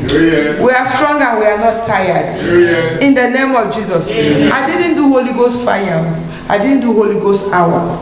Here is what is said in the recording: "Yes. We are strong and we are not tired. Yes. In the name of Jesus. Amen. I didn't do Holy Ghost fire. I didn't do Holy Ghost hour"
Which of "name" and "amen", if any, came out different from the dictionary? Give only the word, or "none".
amen